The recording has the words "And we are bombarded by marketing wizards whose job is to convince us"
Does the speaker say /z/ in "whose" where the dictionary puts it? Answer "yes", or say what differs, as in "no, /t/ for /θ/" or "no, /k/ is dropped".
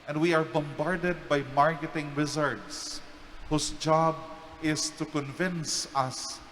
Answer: no, /s/ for /z/